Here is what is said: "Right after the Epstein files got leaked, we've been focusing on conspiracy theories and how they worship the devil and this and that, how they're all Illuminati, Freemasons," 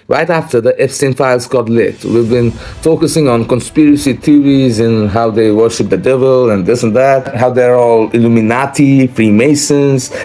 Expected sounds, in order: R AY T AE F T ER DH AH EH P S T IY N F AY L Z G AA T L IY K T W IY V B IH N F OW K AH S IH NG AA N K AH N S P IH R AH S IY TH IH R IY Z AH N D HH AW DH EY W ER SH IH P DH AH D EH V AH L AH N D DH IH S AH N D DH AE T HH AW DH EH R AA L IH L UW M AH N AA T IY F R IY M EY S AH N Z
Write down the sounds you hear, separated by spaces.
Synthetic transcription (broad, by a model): R AY T AE F T ER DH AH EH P S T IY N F AY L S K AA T L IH T W IY V B IH N F OW K AH S IH NG AA N K AH N S P IH R AH S IY T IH R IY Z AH N HH AW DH EY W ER SH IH P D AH D EH V AH L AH N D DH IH S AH N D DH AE T HH AW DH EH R AA L IH L UW M AH N AA T IY F R IY M EY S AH N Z